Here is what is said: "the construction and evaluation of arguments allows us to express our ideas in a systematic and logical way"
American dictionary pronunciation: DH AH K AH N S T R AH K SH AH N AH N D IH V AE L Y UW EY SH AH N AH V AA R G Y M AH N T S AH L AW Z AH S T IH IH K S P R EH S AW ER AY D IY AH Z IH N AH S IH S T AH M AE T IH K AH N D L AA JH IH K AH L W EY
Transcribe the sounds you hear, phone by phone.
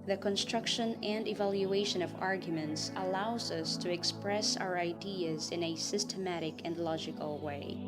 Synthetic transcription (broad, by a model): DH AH K AH N S T R AH K SH AH N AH N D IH V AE L Y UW EY SH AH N AH V AA R G Y M AH N T S AH L AW Z AH S T IH IH K S P R EH S AW ER AY D IY AH Z IH N AH S IH S T AH M AE T IH K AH N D L AA JH IH K AH L W EY